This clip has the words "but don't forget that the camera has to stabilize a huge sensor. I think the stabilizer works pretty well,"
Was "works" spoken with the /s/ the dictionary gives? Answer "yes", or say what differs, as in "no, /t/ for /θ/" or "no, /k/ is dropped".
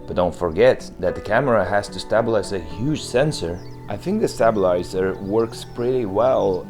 yes